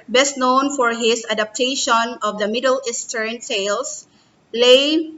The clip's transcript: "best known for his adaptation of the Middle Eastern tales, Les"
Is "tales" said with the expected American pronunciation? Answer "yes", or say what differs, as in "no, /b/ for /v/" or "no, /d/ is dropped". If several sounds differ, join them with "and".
no, /s/ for /t/ and /s/ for /z/